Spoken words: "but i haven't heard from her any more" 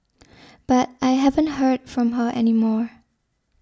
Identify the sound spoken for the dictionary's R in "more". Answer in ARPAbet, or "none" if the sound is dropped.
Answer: R